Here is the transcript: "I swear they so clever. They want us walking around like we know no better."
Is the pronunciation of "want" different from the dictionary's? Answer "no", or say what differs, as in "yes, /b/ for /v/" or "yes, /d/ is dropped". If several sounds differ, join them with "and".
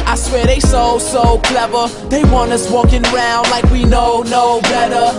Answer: yes, /t/ is dropped